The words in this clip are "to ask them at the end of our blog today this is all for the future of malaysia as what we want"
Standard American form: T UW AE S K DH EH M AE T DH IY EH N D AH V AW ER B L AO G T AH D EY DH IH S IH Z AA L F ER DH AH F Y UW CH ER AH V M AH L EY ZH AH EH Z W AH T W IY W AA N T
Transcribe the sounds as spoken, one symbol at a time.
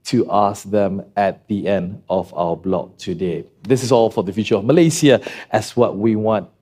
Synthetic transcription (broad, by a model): T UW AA S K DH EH M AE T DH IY EH N D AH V AW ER B L AO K T AH D EY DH IH S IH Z AA L F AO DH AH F Y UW CH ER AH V M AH L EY S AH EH S W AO T W IY W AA N T